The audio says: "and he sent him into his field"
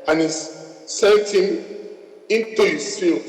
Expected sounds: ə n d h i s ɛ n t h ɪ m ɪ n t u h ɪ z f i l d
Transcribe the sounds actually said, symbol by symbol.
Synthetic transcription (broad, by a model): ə n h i s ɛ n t h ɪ m ɪ n t u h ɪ s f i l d